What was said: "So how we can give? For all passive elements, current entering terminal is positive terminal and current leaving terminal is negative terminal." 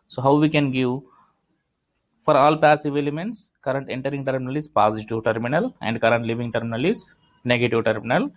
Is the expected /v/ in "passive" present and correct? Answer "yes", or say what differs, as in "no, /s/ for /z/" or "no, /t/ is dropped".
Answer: yes